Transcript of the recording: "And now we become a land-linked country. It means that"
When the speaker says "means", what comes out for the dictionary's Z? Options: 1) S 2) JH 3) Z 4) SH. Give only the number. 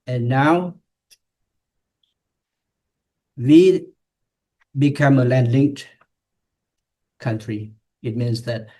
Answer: 1